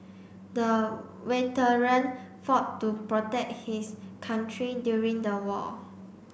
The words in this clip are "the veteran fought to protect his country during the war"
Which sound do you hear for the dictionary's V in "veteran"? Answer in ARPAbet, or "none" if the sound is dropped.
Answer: W